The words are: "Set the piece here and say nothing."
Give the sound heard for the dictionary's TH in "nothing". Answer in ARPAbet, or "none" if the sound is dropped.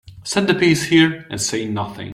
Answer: TH